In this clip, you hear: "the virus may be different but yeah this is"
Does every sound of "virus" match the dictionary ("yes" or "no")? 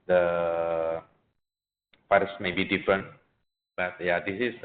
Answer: no